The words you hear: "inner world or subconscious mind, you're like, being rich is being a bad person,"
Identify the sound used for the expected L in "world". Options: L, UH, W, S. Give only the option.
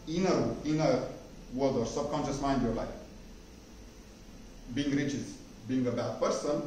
W